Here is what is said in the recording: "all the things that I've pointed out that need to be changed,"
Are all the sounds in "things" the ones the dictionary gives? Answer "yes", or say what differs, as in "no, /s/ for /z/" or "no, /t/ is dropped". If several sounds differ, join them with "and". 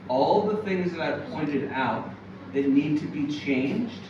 yes